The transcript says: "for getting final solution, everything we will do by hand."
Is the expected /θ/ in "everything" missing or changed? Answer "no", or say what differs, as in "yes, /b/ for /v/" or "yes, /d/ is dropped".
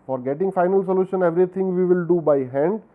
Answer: yes, /t/ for /θ/